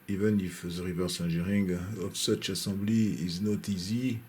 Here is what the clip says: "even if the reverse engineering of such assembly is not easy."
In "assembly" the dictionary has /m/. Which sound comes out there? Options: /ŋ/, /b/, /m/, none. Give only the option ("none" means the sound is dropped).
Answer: none